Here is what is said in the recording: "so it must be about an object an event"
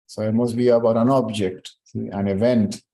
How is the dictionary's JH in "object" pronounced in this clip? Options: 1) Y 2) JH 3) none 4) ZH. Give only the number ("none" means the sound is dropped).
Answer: 2